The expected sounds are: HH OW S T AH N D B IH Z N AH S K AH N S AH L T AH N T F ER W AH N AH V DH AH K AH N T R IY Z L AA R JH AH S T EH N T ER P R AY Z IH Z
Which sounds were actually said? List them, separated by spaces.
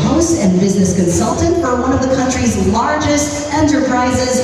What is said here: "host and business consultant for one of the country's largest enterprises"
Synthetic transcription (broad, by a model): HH OW S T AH N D B IH Z N AH S K AH N S AH L T AH N T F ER W AH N AH V DH AH K AH N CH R IY Z L AA R JH AH S T EH N T ER P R AY Z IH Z